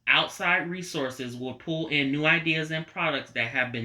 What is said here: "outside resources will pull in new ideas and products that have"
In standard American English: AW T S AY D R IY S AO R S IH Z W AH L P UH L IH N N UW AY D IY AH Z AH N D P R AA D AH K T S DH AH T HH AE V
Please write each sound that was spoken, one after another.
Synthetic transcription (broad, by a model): AW T S AY D R IY S AO R S IH Z W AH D P UH L IH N N UW AY D IY AH Z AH N P R AA D AH K T S DH AH T HH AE V